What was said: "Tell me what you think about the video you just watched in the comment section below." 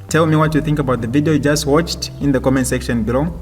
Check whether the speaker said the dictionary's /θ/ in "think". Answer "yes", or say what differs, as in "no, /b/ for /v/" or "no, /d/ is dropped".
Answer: yes